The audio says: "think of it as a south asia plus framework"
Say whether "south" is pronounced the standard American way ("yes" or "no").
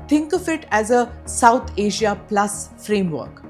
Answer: no